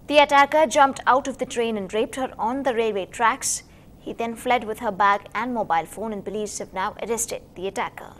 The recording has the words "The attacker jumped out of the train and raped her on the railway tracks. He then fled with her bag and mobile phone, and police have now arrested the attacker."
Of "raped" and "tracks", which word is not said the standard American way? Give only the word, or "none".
none